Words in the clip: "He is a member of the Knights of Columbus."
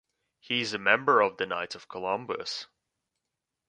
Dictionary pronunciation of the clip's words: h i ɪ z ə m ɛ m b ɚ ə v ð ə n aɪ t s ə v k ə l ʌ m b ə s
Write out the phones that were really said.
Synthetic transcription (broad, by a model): h i ɪ z ə m ɛ m b ɚ ə v ð ə n aɪ t ə v k ə l ʌ m b ə s